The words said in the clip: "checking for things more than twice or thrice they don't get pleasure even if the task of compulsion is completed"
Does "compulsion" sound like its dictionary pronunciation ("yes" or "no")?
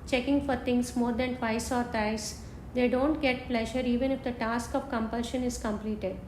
yes